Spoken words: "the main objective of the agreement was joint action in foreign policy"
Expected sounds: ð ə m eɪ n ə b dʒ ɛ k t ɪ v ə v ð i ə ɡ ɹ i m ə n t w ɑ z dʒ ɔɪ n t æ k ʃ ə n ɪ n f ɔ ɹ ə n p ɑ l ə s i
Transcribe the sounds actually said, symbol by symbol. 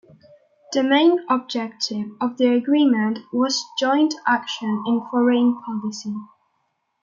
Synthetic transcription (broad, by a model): ð ə m eɪ n ə b dʒ ɛ k t ɪ v ə v ð i ə ɡ ɹ i m ə n t w ɑ z dʒ ɔɪ n t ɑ k ʃ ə n ɪ n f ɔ ɹ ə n p ɑ l ə s i